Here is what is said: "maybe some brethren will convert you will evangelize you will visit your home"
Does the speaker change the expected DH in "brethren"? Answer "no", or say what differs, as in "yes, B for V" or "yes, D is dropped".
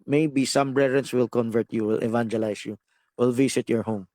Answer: yes, DH is dropped